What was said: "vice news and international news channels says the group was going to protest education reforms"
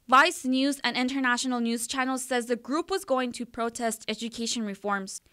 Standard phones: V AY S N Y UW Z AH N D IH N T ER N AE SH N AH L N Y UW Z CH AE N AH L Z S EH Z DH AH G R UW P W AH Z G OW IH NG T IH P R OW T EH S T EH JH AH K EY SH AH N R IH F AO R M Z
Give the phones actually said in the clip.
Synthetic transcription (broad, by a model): V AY S N Y UW Z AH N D IH N T ER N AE SH N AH L N Y UW Z CH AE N L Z S EH Z DH AH G R UW P W AH Z G OW IH NG T IH P R OW T EH S T EH JH AH K EY SH AH N R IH F AO R M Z